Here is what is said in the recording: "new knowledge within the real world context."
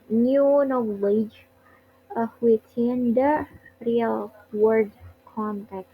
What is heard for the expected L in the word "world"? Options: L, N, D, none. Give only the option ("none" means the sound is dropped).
none